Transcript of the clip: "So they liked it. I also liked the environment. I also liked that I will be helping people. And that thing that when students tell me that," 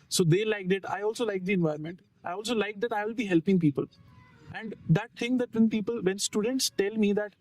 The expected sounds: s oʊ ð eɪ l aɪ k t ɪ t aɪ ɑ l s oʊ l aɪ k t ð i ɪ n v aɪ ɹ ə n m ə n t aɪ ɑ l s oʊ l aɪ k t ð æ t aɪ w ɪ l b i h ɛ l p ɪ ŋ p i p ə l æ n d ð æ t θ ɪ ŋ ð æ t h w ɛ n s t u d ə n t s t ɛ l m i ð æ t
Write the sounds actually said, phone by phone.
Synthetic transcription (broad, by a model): s oʊ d eɪ l aɪ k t ɪ t aɪ ɑ l s oʊ l aɪ k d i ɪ n v aɪ ə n m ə n t aɪ ɑ l s oʊ l aɪ k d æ t aɪ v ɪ l b i h ɛ l p ɪ ŋ p i p ə l æ n d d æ t t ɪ ŋ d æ t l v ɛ n s t u d ə n t s t ɛ l m i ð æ t